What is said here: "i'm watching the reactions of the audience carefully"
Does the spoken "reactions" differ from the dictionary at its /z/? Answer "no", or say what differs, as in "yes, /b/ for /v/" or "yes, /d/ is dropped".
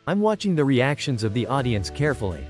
no